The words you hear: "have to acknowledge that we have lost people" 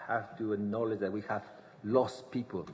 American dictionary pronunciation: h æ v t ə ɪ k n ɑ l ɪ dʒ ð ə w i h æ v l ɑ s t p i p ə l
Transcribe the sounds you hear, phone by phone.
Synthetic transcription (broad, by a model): h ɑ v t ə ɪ n ɑ l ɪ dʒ ð ə w i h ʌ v l ɑ s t p i p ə l